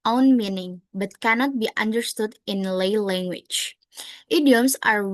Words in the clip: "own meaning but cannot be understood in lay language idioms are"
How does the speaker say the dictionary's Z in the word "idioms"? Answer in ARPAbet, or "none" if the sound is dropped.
S